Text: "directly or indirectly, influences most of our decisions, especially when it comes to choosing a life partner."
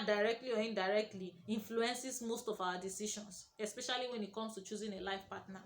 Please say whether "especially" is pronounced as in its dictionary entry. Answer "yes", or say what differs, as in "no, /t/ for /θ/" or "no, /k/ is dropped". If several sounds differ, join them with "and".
yes